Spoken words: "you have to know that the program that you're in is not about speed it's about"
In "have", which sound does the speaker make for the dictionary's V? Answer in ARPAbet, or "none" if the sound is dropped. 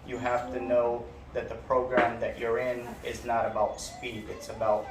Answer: F